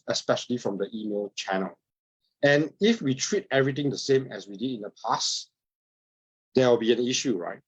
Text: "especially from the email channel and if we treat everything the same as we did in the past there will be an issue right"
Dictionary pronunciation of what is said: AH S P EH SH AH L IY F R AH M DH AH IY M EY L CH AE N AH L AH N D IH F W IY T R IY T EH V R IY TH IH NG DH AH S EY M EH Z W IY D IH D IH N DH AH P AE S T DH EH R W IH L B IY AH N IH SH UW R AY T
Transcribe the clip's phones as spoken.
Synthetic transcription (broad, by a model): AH S P EH SH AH L IY F R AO M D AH IY M EY L CH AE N AH L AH N IH F W IY T R IY T EH V R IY T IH NG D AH S EY M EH S W IY D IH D IH N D AH P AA S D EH W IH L B IY AH N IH SH UW R AY T